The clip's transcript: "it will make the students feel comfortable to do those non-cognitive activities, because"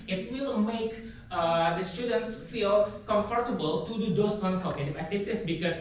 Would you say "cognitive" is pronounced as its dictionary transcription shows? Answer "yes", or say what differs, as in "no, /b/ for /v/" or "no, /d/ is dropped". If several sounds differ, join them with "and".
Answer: no, /v/ is dropped